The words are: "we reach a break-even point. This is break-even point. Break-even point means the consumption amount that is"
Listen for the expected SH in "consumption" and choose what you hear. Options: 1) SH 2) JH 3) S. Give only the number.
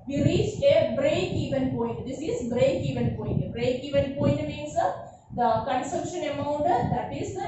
1